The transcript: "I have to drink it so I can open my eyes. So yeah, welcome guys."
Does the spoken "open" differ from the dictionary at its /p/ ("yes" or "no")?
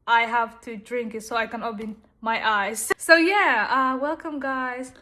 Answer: yes